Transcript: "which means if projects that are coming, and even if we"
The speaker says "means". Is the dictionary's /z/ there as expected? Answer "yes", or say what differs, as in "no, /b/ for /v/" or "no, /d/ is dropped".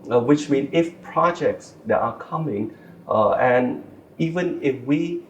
no, /z/ is dropped